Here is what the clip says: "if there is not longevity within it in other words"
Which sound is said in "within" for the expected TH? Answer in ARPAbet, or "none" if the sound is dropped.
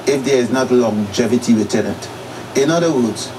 T